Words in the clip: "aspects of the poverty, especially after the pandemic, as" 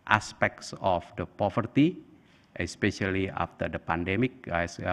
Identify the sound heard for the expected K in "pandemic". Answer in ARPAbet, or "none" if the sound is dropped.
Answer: K